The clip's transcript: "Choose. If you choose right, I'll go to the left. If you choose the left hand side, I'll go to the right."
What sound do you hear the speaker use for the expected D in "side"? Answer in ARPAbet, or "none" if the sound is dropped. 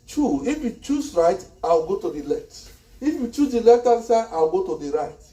none